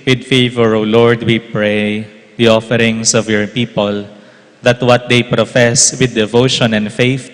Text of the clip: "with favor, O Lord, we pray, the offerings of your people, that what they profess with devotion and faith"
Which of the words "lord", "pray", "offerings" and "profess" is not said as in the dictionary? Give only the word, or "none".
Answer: offerings